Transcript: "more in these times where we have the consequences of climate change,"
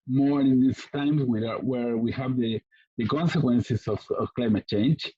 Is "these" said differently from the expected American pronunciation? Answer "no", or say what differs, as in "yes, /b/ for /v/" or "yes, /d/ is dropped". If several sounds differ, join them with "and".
yes, /s/ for /z/